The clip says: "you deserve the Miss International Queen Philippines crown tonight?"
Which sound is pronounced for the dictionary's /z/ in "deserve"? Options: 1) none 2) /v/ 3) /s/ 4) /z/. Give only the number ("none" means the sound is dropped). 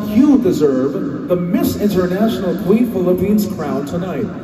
4